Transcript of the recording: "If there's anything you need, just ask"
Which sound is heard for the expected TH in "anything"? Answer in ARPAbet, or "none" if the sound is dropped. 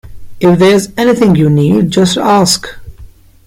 TH